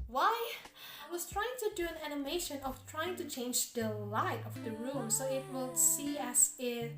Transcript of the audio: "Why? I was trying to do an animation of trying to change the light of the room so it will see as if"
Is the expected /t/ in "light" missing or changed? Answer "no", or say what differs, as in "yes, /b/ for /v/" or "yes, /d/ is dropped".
no